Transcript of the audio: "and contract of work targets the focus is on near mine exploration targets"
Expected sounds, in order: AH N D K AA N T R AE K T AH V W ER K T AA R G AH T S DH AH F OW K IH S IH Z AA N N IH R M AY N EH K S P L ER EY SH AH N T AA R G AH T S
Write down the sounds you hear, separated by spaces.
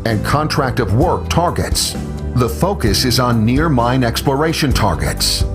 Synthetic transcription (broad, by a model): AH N K AA N T R AE K T AH V W ER K T AA R G AH T S DH AH F OW K IH S IH Z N N IH R M AY N EH K S P L ER EY SH AH N T AA R G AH T S